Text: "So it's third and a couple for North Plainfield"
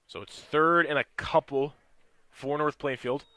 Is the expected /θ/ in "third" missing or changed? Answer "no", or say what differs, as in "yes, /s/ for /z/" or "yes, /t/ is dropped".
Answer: no